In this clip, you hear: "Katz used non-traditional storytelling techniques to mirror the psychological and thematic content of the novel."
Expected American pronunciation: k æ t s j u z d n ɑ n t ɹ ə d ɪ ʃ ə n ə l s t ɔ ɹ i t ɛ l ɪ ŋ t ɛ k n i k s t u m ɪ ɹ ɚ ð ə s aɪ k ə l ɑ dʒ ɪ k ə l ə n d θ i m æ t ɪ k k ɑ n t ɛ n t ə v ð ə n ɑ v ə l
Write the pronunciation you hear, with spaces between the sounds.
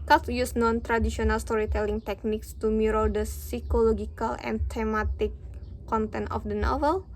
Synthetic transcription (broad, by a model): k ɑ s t j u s n ɑ n t ɹ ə d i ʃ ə n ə l s t ɔ ɹ i t ɛ l ɪ ŋ t ɛ k n i k s t u m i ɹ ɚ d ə s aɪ k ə l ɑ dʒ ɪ k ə l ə n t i m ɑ t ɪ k k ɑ n t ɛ n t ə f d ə n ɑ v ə l